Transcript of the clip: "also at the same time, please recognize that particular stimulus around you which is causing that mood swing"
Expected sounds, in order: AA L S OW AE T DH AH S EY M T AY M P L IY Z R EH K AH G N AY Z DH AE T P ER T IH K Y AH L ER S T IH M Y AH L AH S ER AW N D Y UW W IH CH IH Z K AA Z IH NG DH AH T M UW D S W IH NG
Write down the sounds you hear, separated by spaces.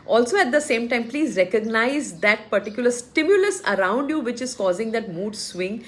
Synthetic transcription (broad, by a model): AA L S OW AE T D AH S EY M T AY M P L IY Z R EH K AH G N AY Z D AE T P ER T IH K Y AH L ER S T IH M Y AH L AH S ER AW N D Y UW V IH CH IH Z K AA Z IH NG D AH T M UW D S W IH NG